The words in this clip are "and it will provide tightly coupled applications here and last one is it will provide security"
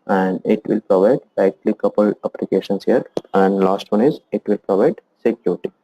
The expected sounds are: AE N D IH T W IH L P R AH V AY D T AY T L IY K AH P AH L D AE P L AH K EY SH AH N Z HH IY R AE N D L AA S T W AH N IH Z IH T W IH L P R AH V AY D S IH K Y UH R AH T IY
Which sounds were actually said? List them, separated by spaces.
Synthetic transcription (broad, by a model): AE N D IH T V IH L P R AH V AY D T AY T L IY K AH P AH L AE P L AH K EY SH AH N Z HH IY R AE N D L AA S T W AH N IH Z IH T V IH L P R AH V AY D S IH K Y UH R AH T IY